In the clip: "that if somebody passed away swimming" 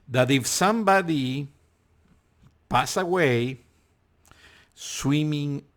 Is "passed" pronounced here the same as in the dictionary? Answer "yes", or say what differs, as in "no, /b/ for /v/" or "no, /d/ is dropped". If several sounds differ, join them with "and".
no, /t/ is dropped